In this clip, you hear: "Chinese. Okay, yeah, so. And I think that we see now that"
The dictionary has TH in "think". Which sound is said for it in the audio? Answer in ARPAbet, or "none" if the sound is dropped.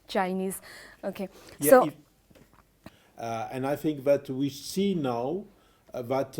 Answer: TH